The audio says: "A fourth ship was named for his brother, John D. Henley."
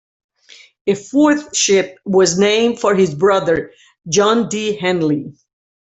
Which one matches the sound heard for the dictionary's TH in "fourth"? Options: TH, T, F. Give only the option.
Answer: TH